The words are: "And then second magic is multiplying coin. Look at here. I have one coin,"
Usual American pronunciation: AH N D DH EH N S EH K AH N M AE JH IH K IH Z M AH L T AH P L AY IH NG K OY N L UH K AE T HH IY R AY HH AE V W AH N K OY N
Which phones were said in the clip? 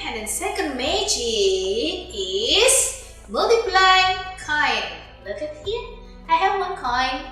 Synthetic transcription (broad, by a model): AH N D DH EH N S EH K AH N M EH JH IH IH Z M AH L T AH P L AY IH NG K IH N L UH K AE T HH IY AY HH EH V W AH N K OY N